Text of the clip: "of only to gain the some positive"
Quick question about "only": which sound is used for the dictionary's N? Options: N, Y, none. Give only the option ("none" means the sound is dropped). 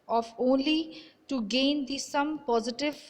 N